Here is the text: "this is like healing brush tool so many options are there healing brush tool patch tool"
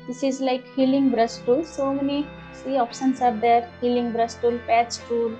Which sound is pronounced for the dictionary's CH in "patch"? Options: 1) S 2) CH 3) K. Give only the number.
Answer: 1